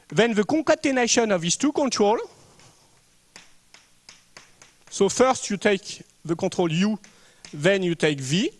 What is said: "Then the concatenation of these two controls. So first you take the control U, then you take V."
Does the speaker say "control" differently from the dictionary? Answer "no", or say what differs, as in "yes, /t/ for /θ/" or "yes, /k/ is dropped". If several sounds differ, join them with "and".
yes, /n/ is dropped